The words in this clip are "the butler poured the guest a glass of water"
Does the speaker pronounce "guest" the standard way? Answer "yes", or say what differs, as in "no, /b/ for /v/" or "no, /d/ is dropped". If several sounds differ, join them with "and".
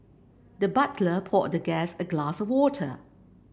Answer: no, /t/ is dropped